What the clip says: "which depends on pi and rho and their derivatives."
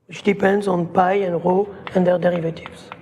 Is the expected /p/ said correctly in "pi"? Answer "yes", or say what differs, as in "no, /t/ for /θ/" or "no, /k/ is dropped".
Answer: yes